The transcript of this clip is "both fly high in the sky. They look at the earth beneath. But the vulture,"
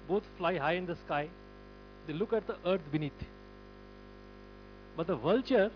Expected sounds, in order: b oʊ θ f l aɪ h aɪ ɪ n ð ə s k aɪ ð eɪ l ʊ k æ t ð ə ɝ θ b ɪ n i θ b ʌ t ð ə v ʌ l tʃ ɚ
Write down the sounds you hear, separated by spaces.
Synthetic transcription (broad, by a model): b oʊ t f l aɪ h aɪ ɪ n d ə s k aɪ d eɪ l ʊ k æ t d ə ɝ t b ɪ n i t b ʌ t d ə v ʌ l tʃ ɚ